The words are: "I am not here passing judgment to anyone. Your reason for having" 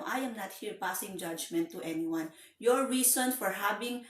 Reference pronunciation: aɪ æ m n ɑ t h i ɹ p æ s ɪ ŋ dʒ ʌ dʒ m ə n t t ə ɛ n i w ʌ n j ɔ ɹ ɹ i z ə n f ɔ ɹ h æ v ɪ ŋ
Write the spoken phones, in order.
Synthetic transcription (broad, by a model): aɪ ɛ m n ɑ t h i ɹ p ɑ s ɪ ŋ dʒ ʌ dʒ m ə n t t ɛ n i w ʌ n j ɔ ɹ ɹ i s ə n f ɔ ɹ h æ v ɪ ŋ